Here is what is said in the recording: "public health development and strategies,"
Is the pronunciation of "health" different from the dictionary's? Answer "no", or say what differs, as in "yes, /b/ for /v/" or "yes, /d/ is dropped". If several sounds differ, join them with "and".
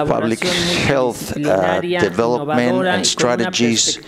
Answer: no